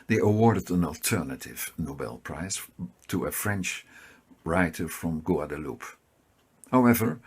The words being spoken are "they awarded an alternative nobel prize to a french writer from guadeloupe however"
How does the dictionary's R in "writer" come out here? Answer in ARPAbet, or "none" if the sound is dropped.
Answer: R